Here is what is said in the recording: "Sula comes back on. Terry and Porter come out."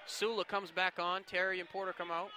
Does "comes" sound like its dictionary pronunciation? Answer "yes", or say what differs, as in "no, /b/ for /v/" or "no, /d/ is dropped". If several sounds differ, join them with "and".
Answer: yes